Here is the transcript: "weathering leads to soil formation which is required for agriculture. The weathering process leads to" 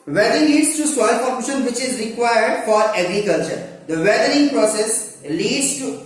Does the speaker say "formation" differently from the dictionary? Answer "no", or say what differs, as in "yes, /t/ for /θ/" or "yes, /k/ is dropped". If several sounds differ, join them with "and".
yes, /p/ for /f/